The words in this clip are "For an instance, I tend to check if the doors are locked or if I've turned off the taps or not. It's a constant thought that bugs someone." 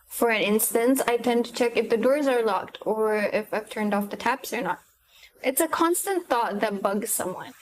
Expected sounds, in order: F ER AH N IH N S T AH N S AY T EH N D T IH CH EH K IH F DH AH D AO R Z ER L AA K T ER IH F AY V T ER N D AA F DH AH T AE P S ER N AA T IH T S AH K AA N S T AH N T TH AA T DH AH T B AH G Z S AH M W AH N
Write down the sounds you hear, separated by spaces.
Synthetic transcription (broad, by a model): F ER AH N IH N S T AH N S AY T EH N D T IH CH EH K IH F DH AH D AO R Z ER L AA K T ER IH F AY V T ER N D AA F DH AH T AE P S ER N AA T IH T S AH K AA N S T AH N TH AA T DH AH T B AH G Z S AH M W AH N